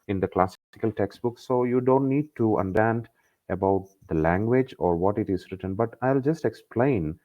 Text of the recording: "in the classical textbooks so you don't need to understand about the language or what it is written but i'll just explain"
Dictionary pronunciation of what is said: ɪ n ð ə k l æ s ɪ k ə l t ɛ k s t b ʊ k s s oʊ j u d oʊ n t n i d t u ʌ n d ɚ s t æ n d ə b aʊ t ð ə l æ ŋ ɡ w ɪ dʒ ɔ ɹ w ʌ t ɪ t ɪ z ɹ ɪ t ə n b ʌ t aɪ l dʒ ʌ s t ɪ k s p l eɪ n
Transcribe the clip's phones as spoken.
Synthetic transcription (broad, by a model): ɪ n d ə k l æ s ɪ k ə l t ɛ k s t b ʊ k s s oʊ j u d oʊ n t n i d t u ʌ n d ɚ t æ n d ə b aʊ t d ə l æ ŋ ɡ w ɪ dʒ ɔ ɹ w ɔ t ɪ t ɪ z ɹ ɪ t ə n b ʌ t aɪ l dʒ ʌ s t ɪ k s p l eɪ n